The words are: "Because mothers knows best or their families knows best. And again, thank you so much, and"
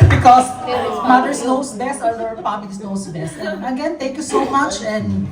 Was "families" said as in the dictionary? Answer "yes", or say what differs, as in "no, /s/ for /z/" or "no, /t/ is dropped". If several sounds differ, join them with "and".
no, /p/ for /f/